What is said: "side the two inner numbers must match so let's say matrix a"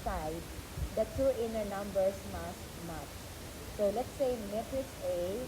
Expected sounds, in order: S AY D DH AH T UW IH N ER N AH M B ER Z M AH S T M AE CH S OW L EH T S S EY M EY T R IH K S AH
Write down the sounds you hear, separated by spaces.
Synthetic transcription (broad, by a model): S AY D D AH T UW IH N ER N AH M B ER S M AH S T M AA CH S OW L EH T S S EY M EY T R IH S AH